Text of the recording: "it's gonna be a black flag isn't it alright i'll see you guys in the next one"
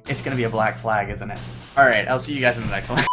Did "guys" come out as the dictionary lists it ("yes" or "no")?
yes